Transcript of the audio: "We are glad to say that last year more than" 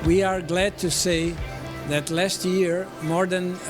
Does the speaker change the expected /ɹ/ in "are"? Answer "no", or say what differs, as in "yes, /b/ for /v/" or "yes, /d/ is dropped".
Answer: no